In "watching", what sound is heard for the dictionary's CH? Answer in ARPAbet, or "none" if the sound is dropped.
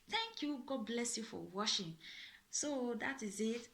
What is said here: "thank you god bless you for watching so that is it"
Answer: SH